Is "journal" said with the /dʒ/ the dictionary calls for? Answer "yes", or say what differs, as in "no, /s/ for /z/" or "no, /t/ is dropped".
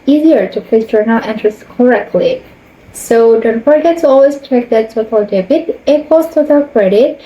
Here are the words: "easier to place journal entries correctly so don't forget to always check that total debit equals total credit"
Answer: no, /tʃ/ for /dʒ/